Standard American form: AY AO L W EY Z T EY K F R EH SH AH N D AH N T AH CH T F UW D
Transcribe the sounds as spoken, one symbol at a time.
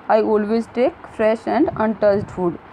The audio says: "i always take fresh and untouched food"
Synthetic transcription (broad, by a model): AY AO L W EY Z T EY K F R EH SH AH N D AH N T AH S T F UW D